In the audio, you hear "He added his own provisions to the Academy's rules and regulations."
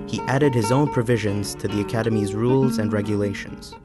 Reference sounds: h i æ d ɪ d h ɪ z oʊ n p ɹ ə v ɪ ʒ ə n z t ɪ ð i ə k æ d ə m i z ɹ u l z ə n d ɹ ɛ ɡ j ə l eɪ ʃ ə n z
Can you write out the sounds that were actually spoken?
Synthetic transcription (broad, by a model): h i æ d ɪ d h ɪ z oʊ n p ɹ ə v ɪ ʒ ə n z t ɪ ð i ə k æ d ə m i z ɹ u l z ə n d ɹ ɛ ɡ j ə l eɪ ʃ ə n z